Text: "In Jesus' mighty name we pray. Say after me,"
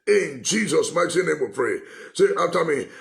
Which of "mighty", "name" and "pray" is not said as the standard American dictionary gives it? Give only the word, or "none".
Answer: mighty